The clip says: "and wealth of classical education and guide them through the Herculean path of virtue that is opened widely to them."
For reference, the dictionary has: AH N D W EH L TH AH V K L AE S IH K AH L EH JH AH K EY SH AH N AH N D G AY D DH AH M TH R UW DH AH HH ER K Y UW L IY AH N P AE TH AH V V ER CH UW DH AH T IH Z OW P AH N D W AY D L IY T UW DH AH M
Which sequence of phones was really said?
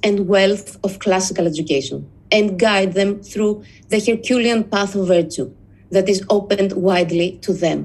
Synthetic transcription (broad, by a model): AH N D W EH L TH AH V K L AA S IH K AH L EH JH AH K EY SH AH N AH N D G AY D DH AH M TH R UW DH AH HH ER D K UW L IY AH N P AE TH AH V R CH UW DH AH T IH Z OW P AH N D W AY D L IY T UW DH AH M